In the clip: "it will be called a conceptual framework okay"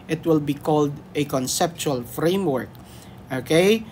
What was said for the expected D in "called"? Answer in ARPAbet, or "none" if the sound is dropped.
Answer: D